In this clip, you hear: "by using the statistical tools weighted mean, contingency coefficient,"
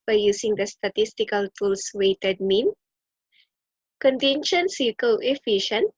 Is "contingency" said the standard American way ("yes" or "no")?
no